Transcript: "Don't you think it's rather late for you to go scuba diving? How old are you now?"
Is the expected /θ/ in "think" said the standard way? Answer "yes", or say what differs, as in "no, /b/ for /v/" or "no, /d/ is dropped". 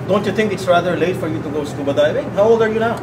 no, /t/ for /θ/